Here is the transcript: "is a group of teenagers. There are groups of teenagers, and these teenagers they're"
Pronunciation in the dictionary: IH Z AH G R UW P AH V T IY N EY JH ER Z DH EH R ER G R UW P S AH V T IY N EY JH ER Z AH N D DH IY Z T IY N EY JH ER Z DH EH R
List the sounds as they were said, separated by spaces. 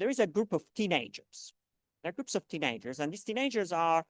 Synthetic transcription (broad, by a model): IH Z AH G R UW P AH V T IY N EY JH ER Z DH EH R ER G R UW P S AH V T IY N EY JH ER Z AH N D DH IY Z T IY N EY JH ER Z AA R